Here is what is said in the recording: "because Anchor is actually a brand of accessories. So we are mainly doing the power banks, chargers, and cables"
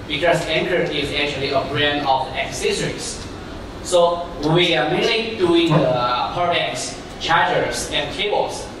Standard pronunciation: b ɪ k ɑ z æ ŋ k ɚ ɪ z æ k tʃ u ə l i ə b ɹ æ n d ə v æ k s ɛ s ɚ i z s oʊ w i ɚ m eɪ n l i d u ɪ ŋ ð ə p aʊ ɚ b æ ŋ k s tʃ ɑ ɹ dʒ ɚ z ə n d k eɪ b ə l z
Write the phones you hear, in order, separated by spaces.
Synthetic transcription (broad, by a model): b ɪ k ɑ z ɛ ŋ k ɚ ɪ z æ k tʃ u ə l i ə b ɹ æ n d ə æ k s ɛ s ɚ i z s oʊ w i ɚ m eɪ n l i d u ɪ ŋ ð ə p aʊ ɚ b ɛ k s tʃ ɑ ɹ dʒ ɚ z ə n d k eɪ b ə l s